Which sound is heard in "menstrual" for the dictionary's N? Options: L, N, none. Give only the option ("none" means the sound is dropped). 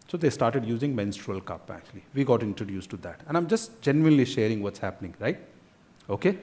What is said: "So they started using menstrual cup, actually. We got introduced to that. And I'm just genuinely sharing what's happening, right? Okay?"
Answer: N